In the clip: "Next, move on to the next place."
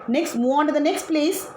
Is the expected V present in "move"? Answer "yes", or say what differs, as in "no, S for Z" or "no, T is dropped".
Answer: no, V is dropped